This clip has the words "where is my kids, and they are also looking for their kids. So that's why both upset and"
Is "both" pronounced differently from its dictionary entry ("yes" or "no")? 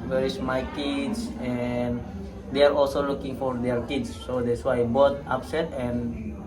yes